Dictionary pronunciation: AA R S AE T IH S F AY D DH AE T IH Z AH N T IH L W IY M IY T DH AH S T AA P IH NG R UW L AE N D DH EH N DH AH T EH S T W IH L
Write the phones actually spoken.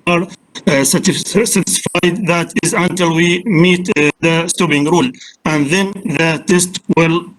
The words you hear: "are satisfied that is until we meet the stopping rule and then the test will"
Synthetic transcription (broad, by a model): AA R S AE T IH S F AY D DH AE T IH Z AH N T IH L W IY M IY T DH AH S T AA B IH NG R UW L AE N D DH EH N DH AH T EH S T W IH L